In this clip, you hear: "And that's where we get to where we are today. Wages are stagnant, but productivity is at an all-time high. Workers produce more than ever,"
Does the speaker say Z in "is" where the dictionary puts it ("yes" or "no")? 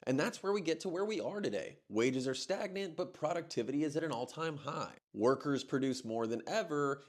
yes